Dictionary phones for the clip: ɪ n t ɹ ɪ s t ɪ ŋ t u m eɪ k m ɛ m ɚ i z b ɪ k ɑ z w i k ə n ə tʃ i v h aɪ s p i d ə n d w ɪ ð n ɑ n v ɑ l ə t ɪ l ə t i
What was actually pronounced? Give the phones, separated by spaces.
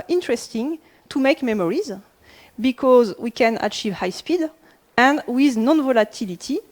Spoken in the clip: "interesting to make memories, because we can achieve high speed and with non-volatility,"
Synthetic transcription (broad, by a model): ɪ n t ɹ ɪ s t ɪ ŋ t u m eɪ k m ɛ m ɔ i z b ɪ k ɑ z w i k ə n ə tʃ i v h aɪ s p i d ə n d w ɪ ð n ɑ n v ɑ l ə t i l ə t i